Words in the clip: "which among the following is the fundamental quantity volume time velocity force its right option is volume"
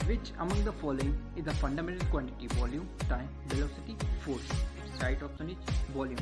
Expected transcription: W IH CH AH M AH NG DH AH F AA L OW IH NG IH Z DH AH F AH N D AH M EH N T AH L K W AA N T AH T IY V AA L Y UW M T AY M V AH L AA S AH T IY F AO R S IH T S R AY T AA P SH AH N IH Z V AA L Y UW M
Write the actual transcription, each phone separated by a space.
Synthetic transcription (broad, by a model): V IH CH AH M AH NG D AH F AA L OW IH NG IH Z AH F AH N D AH M EH N T AH L K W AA N T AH T IY V AA L Y UW M T AY M V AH L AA S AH T IY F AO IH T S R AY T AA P S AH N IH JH V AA L Y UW M